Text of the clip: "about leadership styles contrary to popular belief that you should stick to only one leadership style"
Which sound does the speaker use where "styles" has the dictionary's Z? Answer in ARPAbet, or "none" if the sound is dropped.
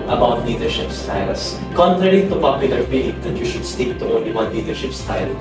S